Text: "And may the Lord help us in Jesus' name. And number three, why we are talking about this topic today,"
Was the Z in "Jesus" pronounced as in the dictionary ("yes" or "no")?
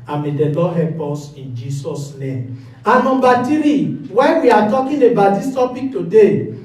no